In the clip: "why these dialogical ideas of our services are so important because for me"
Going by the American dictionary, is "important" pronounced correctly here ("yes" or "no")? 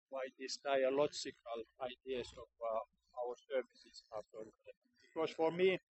no